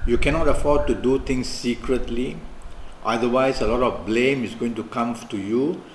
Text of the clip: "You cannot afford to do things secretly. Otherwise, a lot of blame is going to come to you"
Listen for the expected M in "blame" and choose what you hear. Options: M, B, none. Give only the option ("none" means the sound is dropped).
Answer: M